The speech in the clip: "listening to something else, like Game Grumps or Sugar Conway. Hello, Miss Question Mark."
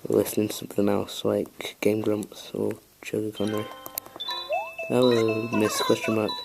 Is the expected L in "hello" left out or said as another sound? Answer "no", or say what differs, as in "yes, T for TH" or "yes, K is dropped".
yes, W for L